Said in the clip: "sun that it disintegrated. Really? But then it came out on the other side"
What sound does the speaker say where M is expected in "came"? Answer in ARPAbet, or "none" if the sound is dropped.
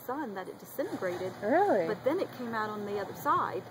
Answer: M